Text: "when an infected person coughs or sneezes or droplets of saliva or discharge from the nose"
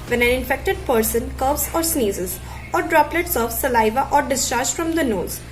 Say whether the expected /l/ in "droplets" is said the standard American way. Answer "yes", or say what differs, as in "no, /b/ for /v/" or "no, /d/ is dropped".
yes